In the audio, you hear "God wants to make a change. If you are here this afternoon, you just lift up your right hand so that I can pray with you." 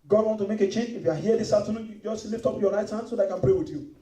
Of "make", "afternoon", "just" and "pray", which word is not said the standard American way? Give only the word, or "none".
afternoon